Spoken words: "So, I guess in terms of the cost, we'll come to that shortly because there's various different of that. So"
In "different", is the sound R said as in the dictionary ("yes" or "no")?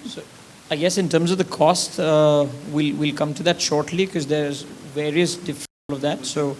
no